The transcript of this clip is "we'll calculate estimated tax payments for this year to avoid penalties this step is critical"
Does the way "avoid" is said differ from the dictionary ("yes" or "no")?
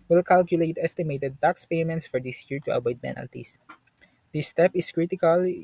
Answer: yes